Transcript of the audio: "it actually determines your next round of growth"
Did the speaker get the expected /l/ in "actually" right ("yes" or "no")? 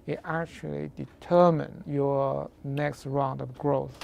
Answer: yes